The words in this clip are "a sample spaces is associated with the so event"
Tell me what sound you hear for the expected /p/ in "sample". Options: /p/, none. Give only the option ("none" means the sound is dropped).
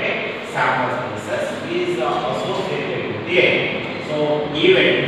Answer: none